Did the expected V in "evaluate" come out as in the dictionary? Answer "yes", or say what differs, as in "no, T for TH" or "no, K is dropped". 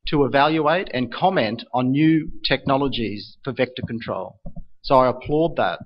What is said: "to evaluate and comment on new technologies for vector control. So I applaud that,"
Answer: yes